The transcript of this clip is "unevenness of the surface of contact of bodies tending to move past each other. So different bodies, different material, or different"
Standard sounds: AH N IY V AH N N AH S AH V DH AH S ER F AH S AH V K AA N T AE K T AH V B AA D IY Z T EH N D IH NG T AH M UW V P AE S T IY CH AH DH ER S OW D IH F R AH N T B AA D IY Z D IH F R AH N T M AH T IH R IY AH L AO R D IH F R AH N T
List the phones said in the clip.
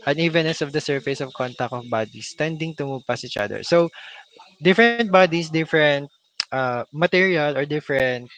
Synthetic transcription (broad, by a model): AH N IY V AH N N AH S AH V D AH S ER F AH S AH V K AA N T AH K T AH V B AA D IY S T EH N D IH NG T AH M UW V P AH S IY CH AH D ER S OW D IH F R AH N T B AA D IY S D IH F R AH N T M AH T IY R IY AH L AO R D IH F R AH N T